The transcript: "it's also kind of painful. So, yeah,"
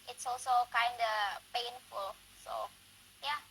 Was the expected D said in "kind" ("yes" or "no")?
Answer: yes